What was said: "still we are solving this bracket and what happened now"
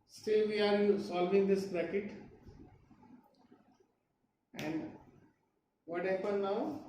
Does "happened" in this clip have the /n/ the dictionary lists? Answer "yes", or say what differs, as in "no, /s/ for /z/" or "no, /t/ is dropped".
no, /n/ is dropped